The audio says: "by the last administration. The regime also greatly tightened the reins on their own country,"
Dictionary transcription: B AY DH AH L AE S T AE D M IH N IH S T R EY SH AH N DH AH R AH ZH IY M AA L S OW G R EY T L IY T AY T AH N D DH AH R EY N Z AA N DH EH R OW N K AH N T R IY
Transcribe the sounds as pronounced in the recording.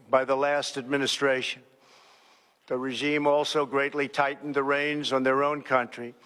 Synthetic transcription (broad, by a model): B AY DH AH L AE S T AE D M IH N IH S T R EY SH AH N DH AH R AH ZH IY M AA L S OW G R EY T L IY T AY T N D DH AH R EY N Z N DH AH R OW N K AH N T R IY